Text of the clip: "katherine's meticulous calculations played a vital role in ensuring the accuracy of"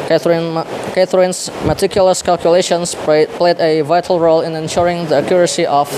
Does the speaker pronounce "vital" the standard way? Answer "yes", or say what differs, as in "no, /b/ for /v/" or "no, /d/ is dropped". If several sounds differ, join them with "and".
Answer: yes